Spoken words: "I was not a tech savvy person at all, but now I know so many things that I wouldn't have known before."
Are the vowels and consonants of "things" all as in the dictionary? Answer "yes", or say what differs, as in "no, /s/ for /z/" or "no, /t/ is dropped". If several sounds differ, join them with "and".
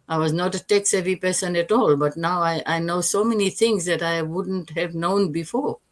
no, /t/ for /θ/